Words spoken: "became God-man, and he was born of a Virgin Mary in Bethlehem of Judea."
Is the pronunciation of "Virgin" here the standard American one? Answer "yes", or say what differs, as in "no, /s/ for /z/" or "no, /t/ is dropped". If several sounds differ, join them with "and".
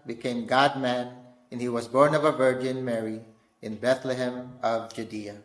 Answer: yes